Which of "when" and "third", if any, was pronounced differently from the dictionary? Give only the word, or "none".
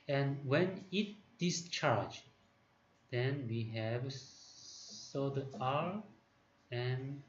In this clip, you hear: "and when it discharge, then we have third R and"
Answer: third